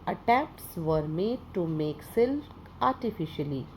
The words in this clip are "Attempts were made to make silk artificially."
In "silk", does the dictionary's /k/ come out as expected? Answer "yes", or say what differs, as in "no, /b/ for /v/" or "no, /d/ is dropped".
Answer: no, /k/ is dropped